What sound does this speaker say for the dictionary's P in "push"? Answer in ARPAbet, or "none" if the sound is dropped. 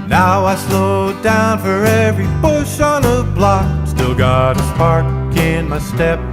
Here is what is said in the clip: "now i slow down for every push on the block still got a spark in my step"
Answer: B